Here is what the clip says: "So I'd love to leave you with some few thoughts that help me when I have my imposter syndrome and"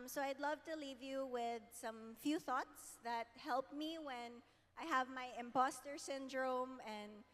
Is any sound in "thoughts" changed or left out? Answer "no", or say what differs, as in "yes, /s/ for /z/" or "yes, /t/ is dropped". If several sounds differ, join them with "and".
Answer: no